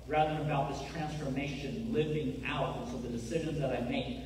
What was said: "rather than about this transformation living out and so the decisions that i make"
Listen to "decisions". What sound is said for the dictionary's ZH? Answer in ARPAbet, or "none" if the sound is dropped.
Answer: ZH